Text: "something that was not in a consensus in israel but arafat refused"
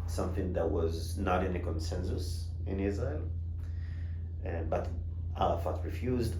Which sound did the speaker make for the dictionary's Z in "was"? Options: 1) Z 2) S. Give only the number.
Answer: 1